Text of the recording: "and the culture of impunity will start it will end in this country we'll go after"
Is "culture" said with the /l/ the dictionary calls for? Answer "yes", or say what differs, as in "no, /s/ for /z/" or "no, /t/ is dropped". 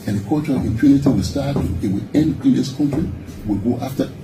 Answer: no, /l/ is dropped